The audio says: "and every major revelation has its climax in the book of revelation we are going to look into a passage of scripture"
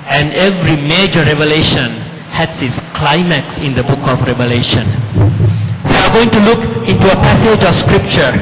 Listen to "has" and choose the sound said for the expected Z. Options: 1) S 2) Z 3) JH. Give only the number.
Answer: 1